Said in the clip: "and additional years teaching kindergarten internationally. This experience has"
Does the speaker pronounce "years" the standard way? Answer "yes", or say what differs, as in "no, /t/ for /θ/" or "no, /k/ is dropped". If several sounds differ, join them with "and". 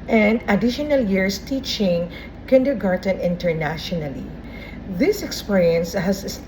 no, /s/ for /z/